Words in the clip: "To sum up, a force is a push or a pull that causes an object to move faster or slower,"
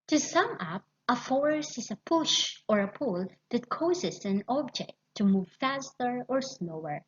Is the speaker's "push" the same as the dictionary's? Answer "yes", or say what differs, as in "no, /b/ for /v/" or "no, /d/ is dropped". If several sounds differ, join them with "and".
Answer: yes